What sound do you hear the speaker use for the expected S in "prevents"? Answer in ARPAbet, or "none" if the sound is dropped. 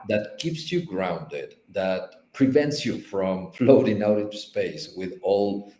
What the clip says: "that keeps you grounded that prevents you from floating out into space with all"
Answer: S